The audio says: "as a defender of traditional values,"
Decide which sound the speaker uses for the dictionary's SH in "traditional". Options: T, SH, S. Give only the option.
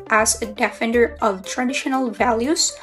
SH